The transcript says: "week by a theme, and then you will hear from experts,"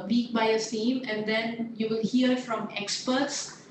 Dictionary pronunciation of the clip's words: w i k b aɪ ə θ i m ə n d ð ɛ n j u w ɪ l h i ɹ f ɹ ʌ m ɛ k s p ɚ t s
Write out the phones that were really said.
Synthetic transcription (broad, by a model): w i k b aɪ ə t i m ə n d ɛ n j u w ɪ l h i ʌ f ɹ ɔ m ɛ k s p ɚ t s